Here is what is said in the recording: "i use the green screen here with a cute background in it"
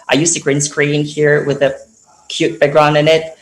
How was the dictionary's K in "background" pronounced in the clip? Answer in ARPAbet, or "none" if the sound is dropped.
none